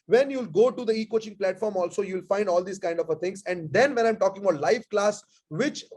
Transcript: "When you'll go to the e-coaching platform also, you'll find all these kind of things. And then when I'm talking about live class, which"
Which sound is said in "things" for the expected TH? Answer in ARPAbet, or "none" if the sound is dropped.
T